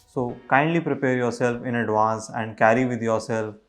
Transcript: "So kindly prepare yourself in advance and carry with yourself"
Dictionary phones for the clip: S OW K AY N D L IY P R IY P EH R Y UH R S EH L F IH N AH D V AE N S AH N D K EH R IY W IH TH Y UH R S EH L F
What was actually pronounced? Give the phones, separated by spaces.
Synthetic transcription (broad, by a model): S OW K AY N D L IY P R IY P EH R Y UH R S EH L F IH N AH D V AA N S AH N D K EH R IY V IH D Y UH R S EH L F